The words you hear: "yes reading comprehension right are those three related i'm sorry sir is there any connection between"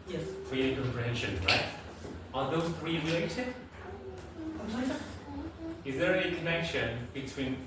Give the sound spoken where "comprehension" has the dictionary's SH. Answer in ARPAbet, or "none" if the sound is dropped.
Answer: SH